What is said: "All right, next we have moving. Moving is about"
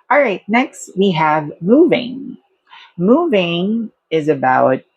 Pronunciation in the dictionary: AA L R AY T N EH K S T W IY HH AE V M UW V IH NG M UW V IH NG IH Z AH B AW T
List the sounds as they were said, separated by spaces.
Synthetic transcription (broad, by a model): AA L R AY T N EH K S T W IY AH V M UW V IH NG M UW V IH NG IH Z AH B AW T